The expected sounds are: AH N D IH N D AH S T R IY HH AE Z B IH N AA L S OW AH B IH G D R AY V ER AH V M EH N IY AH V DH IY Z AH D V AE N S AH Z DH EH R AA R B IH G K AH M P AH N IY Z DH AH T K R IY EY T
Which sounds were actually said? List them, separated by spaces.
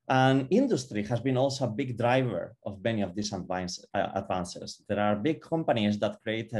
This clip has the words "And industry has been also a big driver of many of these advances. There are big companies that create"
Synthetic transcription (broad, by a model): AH N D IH N D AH S T R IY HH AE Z B IH N AA L S OW AH B IH G D R AY V ER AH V M EH N IY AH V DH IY S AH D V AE N S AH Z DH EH R AA R B IH G K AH M P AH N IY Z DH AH T K R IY EY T